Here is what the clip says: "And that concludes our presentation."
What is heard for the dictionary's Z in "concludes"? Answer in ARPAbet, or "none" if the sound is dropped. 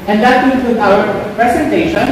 none